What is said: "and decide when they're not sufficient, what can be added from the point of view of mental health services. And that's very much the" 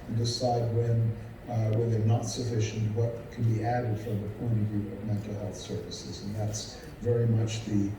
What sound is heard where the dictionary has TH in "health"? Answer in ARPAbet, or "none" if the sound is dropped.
TH